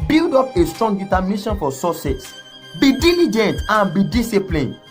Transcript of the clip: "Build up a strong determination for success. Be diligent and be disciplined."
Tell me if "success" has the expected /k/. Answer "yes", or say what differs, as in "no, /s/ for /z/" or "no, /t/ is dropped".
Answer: no, /k/ is dropped